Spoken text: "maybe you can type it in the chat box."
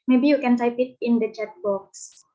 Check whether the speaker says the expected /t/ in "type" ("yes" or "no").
no